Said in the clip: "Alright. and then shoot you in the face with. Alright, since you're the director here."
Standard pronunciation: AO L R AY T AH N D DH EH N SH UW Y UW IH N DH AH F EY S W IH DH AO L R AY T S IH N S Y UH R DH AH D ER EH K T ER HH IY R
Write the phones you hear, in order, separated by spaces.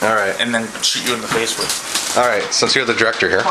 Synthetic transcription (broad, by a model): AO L R AY T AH N DH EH N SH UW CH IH IH N DH AH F EY S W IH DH AO L R AY T S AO S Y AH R DH AH D ER EH K T ER HH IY R